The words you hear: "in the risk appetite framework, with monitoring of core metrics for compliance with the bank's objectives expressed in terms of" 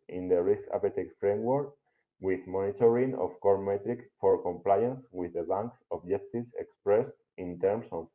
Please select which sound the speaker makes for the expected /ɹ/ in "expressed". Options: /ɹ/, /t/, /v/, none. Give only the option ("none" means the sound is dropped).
/ɹ/